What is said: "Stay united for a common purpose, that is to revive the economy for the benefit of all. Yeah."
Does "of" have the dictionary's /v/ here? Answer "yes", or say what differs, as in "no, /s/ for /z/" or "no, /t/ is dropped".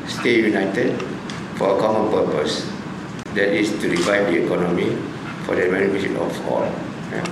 no, /p/ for /v/